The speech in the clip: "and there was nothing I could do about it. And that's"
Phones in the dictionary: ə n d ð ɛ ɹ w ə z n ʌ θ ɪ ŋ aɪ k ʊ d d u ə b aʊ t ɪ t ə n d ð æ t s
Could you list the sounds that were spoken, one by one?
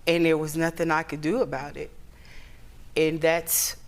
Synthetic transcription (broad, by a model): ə n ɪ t w ə z n ʌ θ ɪ ŋ aɪ k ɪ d d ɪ ə b aʊ t ɪ t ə n ð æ t s